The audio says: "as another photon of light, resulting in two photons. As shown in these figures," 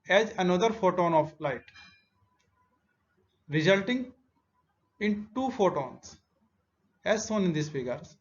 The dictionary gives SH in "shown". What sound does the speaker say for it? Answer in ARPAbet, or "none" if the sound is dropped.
S